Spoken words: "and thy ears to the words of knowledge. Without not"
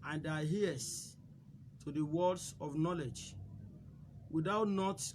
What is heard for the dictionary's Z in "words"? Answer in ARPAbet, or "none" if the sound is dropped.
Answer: S